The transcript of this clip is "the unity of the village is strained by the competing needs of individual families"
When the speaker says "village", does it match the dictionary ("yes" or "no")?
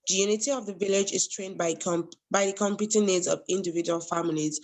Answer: yes